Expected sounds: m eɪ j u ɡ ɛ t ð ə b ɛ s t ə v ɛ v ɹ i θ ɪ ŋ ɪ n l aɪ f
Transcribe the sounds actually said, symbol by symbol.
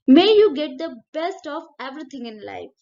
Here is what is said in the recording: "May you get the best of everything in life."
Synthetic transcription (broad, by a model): m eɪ j u ɡ ɛ t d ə b ɛ s t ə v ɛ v ɹ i t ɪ ŋ ɪ n l aɪ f